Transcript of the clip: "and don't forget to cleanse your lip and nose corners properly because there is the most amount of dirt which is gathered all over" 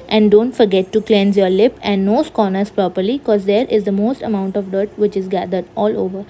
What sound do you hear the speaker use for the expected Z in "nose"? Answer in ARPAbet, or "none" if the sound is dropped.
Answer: S